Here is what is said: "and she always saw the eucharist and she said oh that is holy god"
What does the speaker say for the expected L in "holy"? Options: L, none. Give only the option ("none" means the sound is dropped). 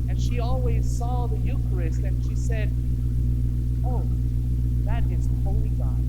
L